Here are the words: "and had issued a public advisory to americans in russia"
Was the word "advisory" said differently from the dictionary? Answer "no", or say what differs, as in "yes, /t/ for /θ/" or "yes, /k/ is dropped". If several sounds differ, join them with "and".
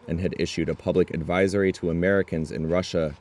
no